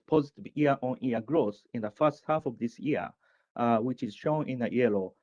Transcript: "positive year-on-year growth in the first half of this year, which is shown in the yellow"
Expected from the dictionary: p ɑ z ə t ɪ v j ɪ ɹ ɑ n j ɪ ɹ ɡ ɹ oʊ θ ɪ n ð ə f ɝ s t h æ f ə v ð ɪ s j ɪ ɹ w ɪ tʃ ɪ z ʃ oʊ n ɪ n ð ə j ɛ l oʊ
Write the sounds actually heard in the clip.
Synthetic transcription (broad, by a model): p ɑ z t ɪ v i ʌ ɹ ɑ n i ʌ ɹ ɡ ɹ oʊ s ɪ n ð ə f ɝ s t h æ f ə v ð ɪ s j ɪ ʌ w ɪ tʃ ɪ z ʃ oʊ n ɪ n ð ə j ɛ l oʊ